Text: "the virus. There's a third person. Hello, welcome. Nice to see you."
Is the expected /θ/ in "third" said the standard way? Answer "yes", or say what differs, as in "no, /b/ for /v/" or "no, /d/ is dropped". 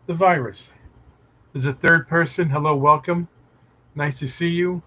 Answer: yes